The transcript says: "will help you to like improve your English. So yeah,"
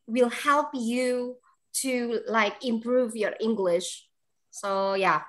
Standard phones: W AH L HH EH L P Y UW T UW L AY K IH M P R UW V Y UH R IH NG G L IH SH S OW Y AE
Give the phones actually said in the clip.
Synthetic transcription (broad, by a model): W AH L HH EH L P Y UW T UW L AY K IH M P R UW V Y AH R IH NG G L IH SH S OW Y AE